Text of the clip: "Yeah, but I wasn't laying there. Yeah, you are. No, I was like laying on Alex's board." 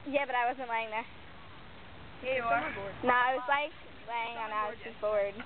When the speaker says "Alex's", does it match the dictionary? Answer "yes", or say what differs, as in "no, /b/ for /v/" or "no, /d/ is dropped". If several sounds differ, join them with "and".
no, /l/ is dropped and /k/ is dropped